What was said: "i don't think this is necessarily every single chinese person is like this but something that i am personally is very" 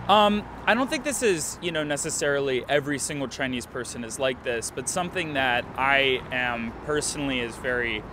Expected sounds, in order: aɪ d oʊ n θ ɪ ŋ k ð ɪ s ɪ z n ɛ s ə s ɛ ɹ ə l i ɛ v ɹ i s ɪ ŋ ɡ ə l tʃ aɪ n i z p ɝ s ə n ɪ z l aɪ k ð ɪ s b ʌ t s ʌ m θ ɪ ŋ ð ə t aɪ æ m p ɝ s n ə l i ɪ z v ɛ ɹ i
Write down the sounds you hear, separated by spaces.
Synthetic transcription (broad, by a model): aɪ d oʊ n θ ɪ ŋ k ð ɪ s ɪ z n ɛ s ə s ɛ ɹ l i ɛ v ɹ i s ɪ ŋ ɡ l tʃ aɪ n i z p ɝ s ə n ɪ z l aɪ k ð ɪ s b ʌ t s ʌ m θ ɪ ŋ ð ə t aɪ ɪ m p ɝ s n l i ɪ z v ɛ ɹ i